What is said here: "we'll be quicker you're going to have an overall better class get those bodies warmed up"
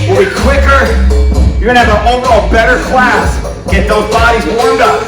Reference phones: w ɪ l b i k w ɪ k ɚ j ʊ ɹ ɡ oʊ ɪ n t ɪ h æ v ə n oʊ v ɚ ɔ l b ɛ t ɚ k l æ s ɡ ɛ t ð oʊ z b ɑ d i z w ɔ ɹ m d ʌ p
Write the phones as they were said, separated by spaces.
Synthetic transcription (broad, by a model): w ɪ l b i k w ɪ k ɚ j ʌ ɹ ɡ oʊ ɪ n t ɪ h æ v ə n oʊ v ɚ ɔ b ɛ t ɚ k l æ s ɡ ɛ t ð oʊ z b ɑ d i z w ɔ ɹ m d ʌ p